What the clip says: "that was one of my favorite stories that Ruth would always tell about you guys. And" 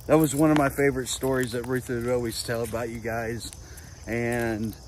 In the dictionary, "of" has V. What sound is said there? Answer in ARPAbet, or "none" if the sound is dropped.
V